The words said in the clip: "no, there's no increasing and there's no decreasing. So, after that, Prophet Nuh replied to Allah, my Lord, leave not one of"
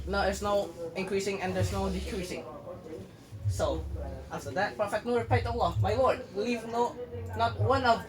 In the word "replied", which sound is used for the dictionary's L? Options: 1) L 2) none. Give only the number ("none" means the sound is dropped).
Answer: 2